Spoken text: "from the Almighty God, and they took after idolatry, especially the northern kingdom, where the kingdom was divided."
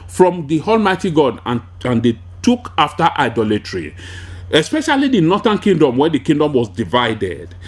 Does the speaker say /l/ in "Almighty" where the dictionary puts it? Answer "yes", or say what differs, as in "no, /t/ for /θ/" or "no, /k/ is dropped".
yes